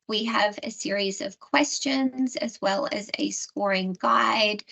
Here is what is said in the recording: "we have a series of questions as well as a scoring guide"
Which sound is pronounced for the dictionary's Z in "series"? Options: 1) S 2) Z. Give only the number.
2